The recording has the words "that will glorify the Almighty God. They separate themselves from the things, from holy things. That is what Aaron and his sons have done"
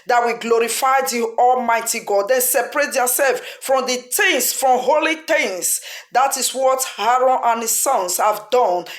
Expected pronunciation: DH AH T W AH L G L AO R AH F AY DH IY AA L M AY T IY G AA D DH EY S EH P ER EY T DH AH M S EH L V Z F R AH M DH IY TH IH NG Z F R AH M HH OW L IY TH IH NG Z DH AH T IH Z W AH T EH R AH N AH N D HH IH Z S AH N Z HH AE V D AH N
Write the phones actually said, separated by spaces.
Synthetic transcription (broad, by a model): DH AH T W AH G L AO R AH F AY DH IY AA L M AY T IY G AA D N S EH P ER EY T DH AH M S EH L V F R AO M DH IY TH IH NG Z F R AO M HH OW L IY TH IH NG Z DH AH T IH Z W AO T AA R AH N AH N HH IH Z S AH N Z HH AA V D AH N